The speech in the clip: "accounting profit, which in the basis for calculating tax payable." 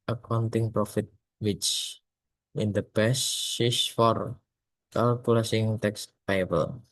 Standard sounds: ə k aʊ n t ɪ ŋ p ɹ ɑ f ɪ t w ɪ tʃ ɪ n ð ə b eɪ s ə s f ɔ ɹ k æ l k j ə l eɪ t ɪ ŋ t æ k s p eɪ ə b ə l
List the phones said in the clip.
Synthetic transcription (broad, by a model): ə k aʊ n t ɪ ŋ p ɹ ɑ f ɪ t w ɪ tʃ ɪ n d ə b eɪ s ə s f ɔ ɹ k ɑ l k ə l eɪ s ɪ ŋ t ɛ k s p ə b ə l